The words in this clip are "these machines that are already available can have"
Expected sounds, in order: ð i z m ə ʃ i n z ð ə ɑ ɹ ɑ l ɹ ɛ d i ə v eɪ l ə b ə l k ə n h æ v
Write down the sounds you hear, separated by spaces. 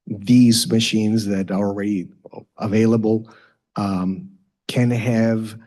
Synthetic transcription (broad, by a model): ð i z m ə ʃ i n z ð ə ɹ ɑ l ɹ ɛ d i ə v eɪ l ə b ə l k ə n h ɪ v